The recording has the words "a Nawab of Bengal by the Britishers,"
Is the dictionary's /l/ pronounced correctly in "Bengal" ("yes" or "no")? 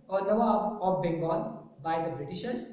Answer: no